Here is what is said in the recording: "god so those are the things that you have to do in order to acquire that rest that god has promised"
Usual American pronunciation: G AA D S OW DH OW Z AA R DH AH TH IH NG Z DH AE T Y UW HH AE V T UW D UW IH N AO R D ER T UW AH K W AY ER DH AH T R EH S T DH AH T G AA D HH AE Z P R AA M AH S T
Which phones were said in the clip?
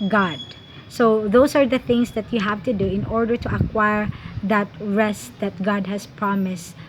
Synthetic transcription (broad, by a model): G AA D S OW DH OW S AA R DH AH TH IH NG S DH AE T Y UW HH AE V T UW D UW IH N AO R D ER T UW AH K W AY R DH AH T R EH S T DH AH T G AA D HH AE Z P R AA M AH S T